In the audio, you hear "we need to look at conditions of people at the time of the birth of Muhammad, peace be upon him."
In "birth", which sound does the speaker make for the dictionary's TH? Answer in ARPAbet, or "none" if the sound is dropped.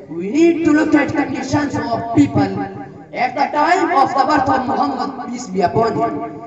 T